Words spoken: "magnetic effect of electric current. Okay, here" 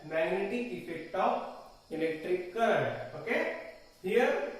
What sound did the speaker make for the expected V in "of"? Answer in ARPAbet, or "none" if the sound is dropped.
P